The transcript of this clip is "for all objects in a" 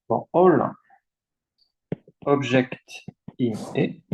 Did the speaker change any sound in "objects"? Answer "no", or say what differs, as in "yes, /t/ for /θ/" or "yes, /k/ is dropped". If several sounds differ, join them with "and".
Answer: yes, /s/ is dropped